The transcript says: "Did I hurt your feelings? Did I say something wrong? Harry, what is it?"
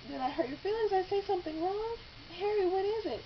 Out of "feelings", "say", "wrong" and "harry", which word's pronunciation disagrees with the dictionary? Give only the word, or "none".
none